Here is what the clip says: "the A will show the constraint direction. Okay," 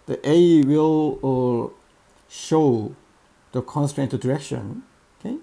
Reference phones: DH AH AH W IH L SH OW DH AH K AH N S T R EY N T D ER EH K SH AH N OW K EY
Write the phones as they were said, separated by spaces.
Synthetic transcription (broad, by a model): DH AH AH W IH L SH OW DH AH K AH N S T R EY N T D ER EH K SH AH N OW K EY